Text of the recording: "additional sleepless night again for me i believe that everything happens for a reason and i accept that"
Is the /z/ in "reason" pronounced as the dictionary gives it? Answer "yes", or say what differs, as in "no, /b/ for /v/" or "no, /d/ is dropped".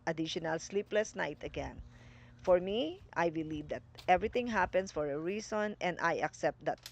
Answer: no, /s/ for /z/